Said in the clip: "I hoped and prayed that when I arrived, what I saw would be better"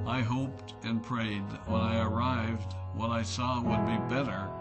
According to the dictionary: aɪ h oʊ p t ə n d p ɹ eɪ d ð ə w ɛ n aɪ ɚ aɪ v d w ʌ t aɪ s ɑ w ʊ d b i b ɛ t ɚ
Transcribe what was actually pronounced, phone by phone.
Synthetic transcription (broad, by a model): aɪ h oʊ p t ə n p ɹ eɪ d ð ə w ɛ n aɪ ɚ aɪ v d w ʌ t aɪ s ɑ w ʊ d b i b ɛ t ɚ